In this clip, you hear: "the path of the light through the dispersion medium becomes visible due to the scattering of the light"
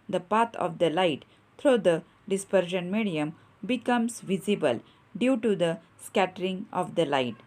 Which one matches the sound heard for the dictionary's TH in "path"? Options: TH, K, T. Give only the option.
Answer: T